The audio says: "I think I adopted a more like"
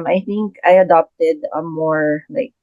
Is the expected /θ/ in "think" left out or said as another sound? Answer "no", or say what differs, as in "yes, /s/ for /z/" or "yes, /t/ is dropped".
no